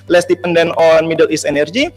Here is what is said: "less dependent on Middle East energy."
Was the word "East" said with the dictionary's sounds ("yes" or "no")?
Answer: no